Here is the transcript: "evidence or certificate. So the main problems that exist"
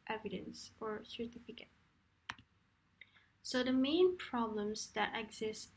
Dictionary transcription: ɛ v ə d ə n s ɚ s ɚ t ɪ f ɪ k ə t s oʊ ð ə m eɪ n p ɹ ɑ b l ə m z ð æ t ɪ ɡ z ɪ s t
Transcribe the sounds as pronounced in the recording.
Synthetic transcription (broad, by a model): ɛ v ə d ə n s ɚ s ɚ t ɪ f ɪ k ə t s oʊ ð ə m eɪ n p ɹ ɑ b l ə m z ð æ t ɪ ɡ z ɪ s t